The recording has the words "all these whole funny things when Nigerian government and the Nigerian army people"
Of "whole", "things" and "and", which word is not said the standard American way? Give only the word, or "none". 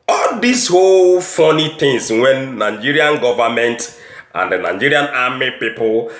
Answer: things